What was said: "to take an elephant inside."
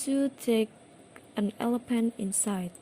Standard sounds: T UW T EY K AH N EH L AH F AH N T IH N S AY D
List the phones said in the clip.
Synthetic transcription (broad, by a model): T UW T EY K AH N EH L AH P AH N IH N S AY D